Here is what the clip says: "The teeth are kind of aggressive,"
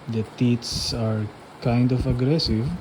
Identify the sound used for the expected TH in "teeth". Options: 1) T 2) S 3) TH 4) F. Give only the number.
2